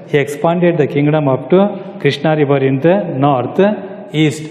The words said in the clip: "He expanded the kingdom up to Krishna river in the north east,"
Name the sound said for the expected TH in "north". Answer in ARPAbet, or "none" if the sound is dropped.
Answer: T